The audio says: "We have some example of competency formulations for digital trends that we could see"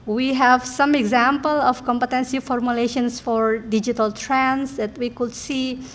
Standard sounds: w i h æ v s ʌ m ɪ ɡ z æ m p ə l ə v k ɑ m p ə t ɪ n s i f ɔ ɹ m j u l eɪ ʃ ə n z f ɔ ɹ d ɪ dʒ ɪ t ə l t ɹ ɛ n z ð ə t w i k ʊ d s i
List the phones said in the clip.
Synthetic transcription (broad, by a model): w i h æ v s ʌ m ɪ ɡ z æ m p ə l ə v k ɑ m p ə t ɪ n s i f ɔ ɹ m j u l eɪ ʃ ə n s f ɔ ɹ d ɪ dʒ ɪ t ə l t ɹ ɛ n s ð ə t w i k ʊ d s i